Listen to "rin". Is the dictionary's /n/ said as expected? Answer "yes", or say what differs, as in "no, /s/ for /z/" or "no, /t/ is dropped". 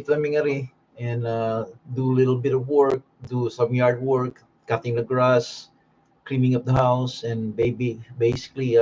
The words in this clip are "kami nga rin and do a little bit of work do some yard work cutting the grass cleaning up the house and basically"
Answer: no, /n/ is dropped